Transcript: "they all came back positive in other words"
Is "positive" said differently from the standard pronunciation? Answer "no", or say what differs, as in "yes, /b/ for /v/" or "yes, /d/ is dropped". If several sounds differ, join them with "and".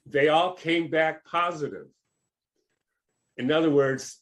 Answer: no